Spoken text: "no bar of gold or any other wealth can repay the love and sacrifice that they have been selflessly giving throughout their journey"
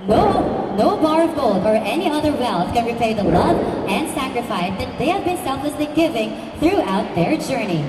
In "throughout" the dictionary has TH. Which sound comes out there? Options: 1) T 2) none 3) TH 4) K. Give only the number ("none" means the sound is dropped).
3